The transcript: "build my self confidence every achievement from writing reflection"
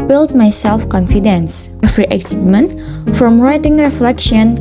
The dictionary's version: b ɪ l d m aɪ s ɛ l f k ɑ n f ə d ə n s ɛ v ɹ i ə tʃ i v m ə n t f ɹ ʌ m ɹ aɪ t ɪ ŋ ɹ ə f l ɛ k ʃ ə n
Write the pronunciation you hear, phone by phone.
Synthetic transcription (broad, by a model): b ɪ l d m aɪ s ɛ l f k ɑ n f ə d ə n s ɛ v ɹ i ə s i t m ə n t f ɹ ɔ m ɹ aɪ t ɪ ŋ ɹ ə f l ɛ k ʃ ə n